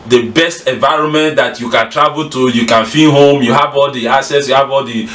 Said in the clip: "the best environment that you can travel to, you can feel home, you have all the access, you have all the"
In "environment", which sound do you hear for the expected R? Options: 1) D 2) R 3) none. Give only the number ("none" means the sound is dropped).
2